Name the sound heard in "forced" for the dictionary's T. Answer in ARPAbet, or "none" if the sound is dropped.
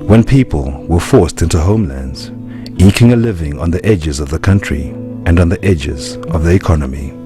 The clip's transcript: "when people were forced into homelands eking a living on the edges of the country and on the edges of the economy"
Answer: T